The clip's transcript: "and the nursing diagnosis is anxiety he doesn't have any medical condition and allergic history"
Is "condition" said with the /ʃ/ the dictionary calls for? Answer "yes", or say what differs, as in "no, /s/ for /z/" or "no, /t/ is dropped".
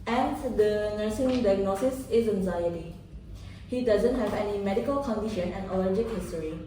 yes